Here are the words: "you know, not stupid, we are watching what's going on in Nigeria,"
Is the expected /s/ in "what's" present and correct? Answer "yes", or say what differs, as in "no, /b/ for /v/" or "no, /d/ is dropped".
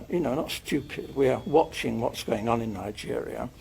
yes